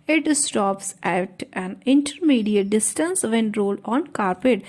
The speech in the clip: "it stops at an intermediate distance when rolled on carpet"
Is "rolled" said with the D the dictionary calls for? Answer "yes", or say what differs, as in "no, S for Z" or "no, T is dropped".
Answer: no, D is dropped